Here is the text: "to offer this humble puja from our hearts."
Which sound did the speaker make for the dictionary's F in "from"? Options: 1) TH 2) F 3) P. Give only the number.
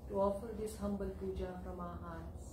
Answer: 3